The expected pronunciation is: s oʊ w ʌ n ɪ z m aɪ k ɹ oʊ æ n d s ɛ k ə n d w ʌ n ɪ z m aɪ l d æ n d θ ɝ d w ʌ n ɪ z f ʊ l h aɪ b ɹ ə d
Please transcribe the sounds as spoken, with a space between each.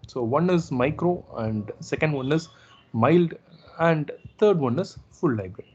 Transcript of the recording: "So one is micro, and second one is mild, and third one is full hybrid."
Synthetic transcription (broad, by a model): s oʊ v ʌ n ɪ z m aɪ k ɹ oʊ æ n d s ɛ k ə n d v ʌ n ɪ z m aɪ l d æ n d t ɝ d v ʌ n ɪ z f ʊ l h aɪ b ɹ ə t